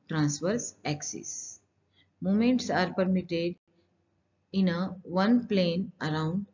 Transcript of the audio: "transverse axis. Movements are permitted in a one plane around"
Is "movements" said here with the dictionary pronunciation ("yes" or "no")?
no